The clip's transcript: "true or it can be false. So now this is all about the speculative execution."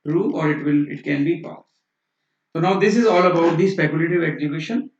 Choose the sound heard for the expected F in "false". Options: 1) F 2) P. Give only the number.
2